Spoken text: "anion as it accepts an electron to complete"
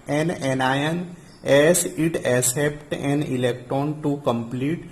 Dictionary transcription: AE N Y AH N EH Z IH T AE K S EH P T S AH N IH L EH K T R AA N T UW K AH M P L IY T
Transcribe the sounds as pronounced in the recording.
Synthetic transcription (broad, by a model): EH N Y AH N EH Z IH T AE S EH P T AH N IH L EH K T R AA N T UW K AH M P L IY T